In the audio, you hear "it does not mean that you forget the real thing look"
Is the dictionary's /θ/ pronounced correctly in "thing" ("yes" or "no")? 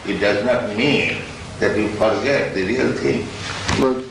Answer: no